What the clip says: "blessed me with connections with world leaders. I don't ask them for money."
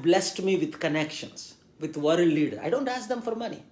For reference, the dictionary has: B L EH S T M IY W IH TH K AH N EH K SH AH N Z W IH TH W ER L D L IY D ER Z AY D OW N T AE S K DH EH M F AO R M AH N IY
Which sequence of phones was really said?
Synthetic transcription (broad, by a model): B L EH S T M IY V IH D K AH N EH K SH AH N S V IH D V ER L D L IY D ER AY D OW N T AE S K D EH M F AO R M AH N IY